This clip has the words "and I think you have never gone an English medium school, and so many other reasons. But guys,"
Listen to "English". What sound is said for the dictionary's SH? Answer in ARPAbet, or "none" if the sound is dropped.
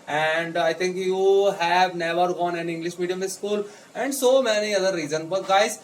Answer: SH